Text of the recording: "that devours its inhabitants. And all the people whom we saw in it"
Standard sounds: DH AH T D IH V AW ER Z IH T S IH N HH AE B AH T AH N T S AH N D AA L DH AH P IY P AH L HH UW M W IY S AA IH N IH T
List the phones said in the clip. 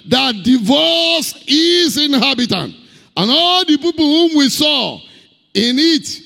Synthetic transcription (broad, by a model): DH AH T D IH V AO S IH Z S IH N HH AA B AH T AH N T AH N AA L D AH P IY P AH L HH UW M W IY S AA IH N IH T